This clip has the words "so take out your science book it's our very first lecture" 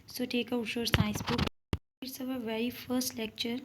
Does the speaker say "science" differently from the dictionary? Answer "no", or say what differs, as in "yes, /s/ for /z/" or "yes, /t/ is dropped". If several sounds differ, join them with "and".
yes, /n/ is dropped